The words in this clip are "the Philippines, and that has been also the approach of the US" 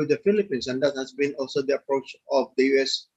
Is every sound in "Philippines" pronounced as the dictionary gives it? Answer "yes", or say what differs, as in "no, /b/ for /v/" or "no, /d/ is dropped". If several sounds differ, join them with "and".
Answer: no, /s/ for /z/